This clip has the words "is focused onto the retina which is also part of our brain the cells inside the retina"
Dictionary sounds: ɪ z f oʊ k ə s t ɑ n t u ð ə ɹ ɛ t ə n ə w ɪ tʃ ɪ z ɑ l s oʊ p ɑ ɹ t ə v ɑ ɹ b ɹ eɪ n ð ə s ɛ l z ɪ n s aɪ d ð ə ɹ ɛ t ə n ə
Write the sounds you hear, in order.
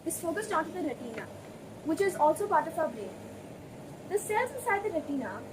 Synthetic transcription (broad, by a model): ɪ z f oʊ k ə s t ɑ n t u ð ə ɹ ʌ t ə n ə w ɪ tʃ ɪ z ɑ l s oʊ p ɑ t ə f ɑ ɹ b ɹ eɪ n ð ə s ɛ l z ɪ s aɪ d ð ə ɹ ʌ t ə n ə